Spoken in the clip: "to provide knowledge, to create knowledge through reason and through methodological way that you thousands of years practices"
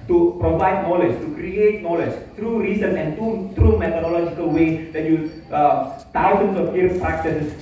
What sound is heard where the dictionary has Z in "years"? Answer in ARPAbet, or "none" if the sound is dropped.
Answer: none